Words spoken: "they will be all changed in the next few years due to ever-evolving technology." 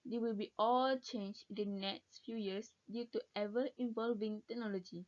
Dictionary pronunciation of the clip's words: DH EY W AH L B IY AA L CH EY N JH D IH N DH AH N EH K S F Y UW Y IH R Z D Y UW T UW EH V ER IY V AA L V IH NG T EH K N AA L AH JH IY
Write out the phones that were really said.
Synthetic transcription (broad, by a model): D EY W AH L B IY AA L CH EY N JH IH N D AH N EH K S F Y UW Y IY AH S D Y UW T UW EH V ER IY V AA L V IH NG T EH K N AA L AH JH IY